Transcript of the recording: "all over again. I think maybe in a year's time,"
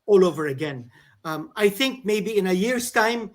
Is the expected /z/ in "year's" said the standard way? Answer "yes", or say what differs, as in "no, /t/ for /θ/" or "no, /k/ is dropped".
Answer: no, /s/ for /z/